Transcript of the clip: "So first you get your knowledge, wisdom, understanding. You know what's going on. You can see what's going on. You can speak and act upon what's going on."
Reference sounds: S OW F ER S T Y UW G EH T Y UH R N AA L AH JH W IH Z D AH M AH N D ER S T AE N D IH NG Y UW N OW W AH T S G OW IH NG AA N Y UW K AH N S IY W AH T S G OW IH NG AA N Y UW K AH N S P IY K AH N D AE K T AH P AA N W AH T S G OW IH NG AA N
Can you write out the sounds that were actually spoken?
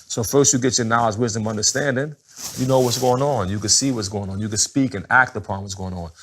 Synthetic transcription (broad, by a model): S OW F ER S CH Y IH G EH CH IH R N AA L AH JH W IH Z D AH M AH N D ER S T AE N D IH NG Y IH N OW W AH T S G OW IH NG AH N Y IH K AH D S IY W AH T S G OW IH NG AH N Y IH K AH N S P IY K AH N AE K T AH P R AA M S G OW IH NG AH N